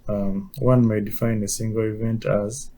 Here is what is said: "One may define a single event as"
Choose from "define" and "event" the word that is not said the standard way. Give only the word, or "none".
none